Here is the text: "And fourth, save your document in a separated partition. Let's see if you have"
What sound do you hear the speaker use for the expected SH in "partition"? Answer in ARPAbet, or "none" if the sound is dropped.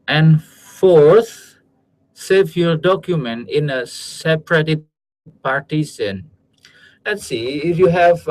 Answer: S